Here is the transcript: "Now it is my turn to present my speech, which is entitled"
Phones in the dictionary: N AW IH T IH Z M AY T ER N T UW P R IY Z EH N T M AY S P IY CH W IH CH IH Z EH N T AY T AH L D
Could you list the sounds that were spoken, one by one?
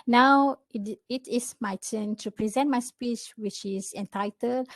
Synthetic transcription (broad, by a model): N AW IH T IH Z M AY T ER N T UW P R IY Z EH N T M AY S P IY CH W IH CH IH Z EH N T AY T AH L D